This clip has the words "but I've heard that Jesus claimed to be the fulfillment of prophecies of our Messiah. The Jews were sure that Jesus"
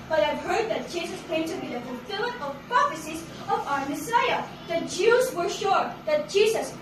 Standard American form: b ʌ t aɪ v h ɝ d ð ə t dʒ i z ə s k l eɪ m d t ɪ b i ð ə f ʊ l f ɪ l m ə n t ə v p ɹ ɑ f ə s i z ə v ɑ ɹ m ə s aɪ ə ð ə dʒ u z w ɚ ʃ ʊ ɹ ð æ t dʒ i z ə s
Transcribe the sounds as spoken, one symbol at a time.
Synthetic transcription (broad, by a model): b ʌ t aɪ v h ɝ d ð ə t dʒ i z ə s k eɪ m t ɪ b i ð ə f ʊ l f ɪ l ə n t ə v p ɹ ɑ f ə s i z ə v ɑ ɹ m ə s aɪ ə ð ə dʒ u z w ɚ ʃ ʊ ɹ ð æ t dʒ i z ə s